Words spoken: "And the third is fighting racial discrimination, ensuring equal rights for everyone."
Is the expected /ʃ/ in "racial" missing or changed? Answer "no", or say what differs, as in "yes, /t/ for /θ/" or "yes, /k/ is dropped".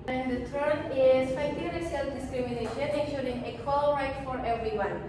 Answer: yes, /s/ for /ʃ/